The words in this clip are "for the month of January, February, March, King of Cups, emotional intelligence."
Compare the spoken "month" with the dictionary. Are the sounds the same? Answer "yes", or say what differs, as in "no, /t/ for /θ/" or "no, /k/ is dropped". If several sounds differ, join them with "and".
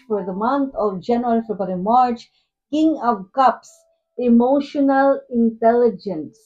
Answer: no, /t/ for /θ/